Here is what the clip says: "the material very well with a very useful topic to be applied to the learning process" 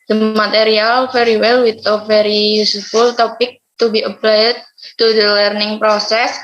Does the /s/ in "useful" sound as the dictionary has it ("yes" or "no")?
no